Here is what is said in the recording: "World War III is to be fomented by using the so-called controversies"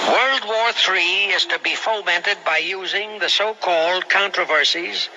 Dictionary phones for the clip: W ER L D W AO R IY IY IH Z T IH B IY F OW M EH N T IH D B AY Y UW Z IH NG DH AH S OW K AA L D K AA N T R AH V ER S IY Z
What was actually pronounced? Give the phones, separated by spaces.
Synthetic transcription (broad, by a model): W ER L D W AO R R IY IH Z T IH B IY F OW M EH N T IH D B AY Y UW Z IH NG DH AH S OW K AA L D K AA N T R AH V ER S IY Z